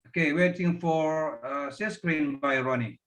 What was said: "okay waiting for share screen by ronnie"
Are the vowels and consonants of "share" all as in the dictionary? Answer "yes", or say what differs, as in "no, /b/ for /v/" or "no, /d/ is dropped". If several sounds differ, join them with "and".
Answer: no, /s/ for /ʃ/